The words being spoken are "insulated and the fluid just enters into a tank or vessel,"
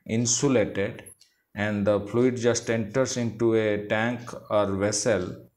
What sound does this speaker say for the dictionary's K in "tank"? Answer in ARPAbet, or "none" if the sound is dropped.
K